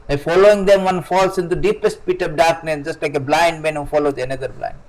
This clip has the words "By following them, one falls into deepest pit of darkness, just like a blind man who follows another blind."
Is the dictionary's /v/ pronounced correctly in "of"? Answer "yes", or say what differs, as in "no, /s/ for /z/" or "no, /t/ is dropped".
no, /p/ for /v/